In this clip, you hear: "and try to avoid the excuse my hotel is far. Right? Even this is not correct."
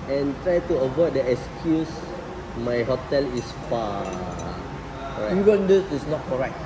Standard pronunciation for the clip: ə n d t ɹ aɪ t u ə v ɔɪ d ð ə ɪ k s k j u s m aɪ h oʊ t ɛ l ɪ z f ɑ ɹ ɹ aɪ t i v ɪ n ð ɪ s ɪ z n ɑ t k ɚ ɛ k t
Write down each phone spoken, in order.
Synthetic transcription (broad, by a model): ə n t ɹ aɪ t u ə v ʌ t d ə ɪ k s k j u s m aɪ h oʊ t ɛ l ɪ s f ɑ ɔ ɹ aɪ i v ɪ n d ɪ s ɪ s n ɑ t k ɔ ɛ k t